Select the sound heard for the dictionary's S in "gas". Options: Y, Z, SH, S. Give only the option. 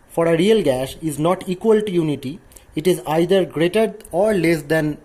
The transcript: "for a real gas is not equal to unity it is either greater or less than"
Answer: SH